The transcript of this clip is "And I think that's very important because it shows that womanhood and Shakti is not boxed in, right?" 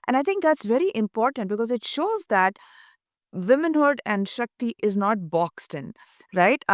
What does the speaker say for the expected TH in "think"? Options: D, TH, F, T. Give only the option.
T